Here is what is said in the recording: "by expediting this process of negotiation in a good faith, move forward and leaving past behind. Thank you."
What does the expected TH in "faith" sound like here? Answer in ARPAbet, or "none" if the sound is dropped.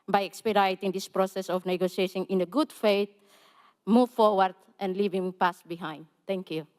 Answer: T